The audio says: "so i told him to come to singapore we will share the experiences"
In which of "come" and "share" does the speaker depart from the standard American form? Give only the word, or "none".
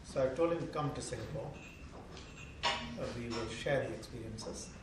none